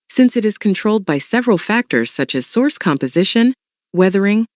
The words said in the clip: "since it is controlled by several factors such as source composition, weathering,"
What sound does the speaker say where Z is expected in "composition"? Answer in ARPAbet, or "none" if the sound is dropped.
Z